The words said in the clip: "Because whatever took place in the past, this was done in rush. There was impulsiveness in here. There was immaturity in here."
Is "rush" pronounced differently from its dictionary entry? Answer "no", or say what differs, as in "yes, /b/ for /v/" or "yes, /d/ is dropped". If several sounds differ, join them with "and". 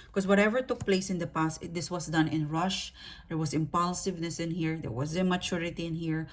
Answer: no